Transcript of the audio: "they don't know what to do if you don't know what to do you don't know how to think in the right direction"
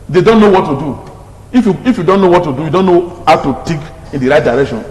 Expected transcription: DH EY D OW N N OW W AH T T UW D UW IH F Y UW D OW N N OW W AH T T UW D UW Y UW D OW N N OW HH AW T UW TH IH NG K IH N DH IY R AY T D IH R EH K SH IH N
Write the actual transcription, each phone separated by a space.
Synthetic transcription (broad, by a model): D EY D OW N N OW W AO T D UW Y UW IH F Y UW D OW N N OW W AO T T UW D UW Y UW D OW N N OW HH AW T UW T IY K IH N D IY R AY T D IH R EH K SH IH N